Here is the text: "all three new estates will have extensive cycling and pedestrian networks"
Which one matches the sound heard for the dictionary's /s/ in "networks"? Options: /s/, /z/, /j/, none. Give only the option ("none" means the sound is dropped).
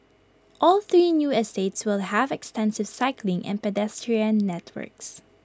/s/